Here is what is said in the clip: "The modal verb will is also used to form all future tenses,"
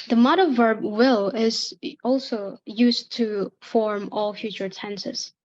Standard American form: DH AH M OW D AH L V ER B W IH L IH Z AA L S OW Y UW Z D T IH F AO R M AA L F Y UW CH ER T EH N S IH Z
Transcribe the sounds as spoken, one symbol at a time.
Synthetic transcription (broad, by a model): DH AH M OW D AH V ER B W IH L IH Z AA L S OW Y UW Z T IH F AO R M AA L F Y UW CH ER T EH N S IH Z